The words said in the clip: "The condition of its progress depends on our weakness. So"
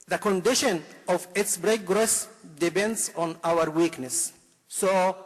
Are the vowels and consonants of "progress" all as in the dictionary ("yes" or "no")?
no